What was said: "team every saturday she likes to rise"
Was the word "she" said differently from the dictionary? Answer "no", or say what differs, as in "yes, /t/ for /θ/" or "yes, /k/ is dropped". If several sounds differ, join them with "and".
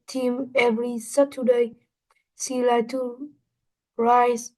yes, /s/ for /ʃ/